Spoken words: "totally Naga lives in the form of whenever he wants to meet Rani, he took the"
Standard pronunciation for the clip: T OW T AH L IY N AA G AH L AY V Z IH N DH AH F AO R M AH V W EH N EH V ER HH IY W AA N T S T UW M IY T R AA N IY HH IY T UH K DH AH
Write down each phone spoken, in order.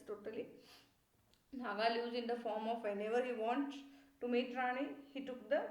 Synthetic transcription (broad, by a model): T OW T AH L IY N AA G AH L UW Z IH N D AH F AO R M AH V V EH N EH V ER HH IY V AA N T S T UW M IY T R AA N IY HH IY T UH K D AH